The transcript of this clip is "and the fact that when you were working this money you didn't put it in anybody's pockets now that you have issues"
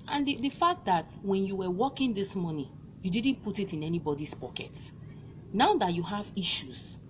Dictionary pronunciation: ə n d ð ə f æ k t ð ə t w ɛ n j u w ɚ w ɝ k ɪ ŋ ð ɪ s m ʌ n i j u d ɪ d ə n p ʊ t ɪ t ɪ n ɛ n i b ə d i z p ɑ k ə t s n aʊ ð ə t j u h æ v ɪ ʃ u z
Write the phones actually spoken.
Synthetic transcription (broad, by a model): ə n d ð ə f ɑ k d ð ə t w ɛ n j u w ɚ w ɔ k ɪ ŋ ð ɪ s m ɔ n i j u d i d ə n p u t ɪ t ɪ n ɛ n i b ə d i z p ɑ k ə t n aʊ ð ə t j u h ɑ v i ʃ u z